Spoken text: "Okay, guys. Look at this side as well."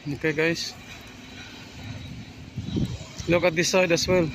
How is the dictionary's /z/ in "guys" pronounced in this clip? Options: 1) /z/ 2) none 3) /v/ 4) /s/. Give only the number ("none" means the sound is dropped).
4